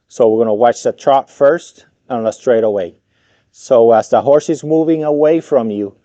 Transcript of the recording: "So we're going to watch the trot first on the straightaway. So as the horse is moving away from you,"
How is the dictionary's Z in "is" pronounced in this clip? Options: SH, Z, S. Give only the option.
Z